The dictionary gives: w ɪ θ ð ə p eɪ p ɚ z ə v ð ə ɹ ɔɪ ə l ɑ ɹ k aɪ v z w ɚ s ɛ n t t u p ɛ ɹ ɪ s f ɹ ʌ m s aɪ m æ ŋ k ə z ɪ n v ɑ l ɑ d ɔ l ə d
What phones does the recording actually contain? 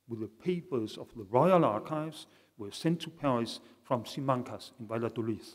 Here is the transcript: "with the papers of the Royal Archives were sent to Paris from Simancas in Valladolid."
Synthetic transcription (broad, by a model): w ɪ ð ə p eɪ p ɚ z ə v ð ə ɹ ɔɪ ə l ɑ ɹ k aɪ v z w ɚ s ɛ n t t u p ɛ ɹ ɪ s f ɹ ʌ m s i m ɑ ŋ k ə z ɪ n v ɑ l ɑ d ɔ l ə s